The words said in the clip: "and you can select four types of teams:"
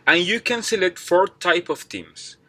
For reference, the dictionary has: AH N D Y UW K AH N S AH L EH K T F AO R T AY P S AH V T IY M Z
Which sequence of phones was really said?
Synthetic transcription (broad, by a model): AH N Y UW K AH N S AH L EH T F AO R T AY P AH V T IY M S